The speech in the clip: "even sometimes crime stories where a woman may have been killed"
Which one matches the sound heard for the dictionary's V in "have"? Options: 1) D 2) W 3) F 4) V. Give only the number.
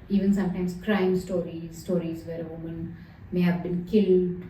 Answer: 4